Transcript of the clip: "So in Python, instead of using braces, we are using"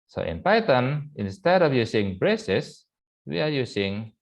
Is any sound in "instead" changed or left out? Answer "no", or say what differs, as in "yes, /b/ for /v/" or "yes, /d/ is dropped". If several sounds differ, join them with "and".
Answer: no